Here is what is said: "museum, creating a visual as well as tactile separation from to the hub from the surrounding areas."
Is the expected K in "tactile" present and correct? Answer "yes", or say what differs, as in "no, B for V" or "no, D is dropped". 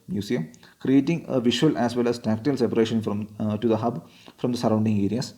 yes